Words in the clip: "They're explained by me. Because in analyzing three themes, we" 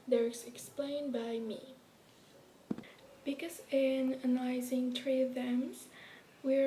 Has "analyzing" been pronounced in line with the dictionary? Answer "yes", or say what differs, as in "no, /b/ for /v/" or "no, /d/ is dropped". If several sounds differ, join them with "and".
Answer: no, /l/ is dropped